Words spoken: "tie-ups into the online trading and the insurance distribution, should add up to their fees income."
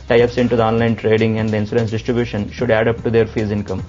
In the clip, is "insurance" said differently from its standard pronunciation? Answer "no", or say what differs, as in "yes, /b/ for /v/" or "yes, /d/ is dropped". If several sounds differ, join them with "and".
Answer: yes, /s/ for /ʃ/